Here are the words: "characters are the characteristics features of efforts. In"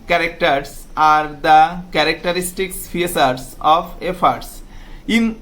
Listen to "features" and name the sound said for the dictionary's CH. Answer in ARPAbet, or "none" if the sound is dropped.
S